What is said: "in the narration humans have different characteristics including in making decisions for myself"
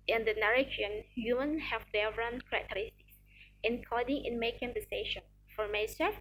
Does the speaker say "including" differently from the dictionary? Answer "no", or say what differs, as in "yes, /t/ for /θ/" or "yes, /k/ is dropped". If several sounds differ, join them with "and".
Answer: yes, /l/ is dropped